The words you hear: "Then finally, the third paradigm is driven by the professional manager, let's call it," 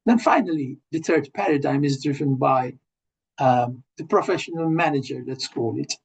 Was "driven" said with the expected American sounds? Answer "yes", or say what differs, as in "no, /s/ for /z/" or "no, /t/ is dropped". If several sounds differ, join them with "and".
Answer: yes